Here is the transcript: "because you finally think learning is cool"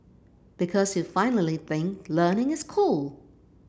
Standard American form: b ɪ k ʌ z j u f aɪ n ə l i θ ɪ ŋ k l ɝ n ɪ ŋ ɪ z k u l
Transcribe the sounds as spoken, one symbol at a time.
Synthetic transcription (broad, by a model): b ɪ k ʌ z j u f aɪ n l i θ ɪ ŋ k l ɝ n ɪ ŋ ɪ z k u l